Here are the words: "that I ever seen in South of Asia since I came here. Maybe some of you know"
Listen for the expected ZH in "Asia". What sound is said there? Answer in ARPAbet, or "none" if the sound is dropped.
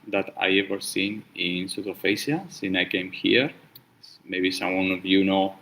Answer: S